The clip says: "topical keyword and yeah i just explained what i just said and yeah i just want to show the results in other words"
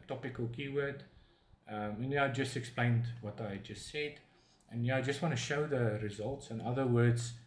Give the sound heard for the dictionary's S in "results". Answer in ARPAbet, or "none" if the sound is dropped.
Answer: S